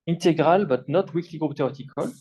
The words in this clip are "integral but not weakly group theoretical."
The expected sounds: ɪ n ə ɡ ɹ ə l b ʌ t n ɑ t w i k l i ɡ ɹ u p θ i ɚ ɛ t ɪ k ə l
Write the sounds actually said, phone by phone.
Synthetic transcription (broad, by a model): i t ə ɡ ɹ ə l b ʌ t n ɑ t w i k l i ɡ ɹ u p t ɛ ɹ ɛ t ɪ k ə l